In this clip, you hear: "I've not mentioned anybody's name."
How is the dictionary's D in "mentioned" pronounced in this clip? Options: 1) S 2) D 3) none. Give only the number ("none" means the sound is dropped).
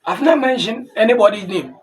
3